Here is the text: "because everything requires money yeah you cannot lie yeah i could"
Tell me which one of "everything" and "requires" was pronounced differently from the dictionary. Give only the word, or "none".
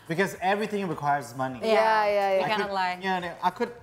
none